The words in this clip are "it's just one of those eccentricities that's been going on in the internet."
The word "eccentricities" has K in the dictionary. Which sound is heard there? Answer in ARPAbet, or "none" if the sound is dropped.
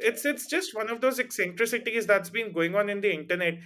K